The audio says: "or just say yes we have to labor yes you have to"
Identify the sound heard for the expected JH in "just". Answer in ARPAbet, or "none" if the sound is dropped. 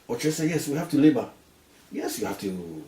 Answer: CH